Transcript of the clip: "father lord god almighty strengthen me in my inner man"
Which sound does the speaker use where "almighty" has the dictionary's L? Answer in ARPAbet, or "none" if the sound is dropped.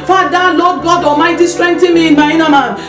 none